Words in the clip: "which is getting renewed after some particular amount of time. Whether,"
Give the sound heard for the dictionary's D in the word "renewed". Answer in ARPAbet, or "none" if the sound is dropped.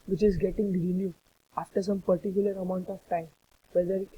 none